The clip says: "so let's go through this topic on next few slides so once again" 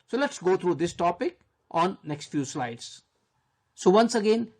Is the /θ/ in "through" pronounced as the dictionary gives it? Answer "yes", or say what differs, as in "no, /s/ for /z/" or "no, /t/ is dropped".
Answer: no, /t/ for /θ/